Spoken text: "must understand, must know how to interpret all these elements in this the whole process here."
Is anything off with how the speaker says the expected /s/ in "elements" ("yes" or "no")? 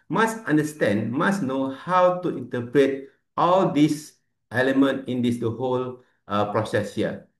yes